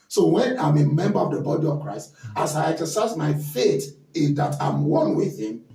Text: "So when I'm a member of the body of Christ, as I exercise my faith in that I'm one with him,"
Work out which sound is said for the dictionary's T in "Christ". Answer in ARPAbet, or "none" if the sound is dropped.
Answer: T